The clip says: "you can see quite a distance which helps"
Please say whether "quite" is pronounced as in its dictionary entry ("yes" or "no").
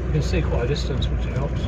no